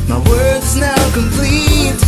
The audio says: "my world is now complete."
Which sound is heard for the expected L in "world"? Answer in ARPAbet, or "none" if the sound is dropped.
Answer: none